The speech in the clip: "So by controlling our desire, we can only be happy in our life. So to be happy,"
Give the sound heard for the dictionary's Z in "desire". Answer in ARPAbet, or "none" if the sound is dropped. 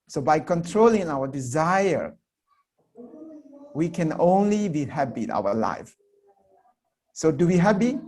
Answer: Z